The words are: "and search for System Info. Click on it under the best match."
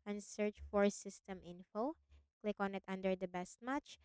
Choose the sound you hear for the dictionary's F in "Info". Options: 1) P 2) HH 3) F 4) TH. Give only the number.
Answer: 3